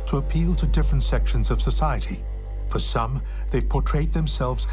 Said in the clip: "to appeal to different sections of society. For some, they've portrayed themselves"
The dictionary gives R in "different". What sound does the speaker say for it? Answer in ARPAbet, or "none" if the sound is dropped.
R